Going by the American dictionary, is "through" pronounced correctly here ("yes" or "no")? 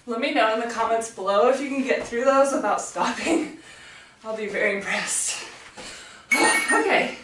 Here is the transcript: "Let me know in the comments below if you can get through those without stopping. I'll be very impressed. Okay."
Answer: yes